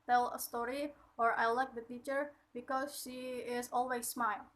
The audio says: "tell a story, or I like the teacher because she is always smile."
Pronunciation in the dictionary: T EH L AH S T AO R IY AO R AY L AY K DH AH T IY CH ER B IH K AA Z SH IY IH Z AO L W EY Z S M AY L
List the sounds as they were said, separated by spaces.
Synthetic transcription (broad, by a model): T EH L AH S T AO R IY AO R AY L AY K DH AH T IY CH ER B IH K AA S SH IY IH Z AO L W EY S M AY L